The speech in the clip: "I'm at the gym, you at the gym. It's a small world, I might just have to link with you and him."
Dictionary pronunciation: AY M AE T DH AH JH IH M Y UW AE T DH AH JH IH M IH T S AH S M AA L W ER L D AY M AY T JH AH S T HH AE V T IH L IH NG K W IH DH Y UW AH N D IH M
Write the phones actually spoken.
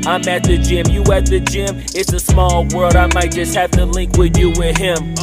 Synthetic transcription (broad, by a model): AY M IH T DH AH JH IH M Y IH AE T DH AH JH IH M IH T S AH S M AA L W ER L D AY M AY T JH AH S T HH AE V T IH L IH NG K W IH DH Y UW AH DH IH M